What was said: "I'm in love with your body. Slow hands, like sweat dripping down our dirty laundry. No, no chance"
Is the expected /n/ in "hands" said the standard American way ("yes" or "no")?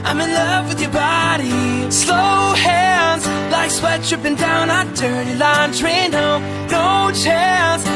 no